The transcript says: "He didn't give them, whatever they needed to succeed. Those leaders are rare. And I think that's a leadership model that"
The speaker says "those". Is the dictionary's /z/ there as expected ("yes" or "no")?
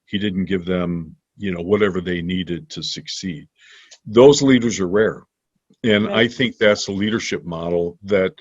yes